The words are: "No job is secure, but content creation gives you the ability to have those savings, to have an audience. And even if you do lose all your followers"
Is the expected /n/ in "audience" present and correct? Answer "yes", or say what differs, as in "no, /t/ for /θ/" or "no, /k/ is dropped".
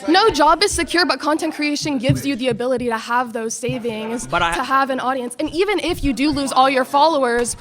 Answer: yes